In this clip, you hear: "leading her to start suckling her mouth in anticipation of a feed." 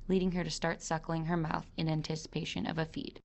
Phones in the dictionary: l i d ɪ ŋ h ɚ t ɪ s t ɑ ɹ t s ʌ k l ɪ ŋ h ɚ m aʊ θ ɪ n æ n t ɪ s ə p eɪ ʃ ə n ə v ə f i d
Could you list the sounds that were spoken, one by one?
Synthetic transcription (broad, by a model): l i d ɪ ŋ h ɚ t ɪ s t ɑ ɹ t s ʌ k l ɪ ŋ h ɚ m aʊ θ ɪ n æ n t ɪ s ə p eɪ ʃ ə n ə v ə f i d